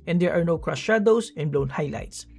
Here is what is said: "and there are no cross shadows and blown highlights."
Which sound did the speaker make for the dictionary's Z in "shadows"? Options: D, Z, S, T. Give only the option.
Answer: S